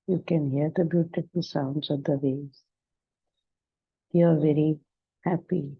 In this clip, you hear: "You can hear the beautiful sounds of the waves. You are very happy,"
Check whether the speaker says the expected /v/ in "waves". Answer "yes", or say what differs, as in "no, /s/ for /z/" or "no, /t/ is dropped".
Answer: no, /v/ is dropped